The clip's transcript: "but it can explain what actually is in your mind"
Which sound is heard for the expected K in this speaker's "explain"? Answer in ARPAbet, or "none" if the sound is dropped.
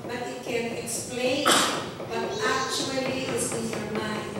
K